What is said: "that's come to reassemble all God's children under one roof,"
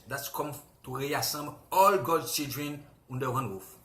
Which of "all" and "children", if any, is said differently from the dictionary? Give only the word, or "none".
children